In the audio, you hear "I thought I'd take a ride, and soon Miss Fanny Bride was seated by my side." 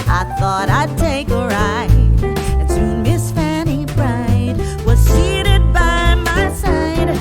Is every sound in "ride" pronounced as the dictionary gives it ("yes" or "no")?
no